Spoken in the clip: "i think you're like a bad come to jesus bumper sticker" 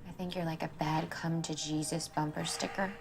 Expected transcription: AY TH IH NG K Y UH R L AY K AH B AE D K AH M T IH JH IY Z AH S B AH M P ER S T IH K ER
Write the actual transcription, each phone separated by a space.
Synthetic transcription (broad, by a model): AY TH IH NG K Y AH R L AY K AH B AE D K AH M T IH JH IY Z AH S B AH M P ER S T IH K ER